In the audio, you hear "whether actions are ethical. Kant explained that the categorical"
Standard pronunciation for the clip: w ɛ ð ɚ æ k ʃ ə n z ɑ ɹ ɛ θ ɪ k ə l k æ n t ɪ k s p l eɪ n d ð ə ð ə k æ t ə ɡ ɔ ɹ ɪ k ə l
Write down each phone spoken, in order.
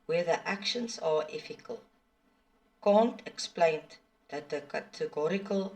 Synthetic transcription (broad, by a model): w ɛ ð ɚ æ k ʃ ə n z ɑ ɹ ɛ f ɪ k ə l k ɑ n t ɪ k s p l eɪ n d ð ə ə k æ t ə ɡ ɔ ɹ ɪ k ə l